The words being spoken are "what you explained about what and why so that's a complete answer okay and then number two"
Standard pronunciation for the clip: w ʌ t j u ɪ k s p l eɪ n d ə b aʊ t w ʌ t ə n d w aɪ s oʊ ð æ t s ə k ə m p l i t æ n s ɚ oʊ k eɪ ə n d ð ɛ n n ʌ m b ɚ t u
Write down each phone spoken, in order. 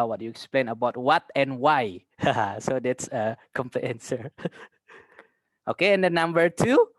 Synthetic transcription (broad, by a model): w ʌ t j u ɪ k s p l eɪ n ə b aʊ t w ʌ t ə n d w aɪ s oʊ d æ t s ə k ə m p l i ɛ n s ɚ oʊ k eɪ ə n d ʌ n n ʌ m b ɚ t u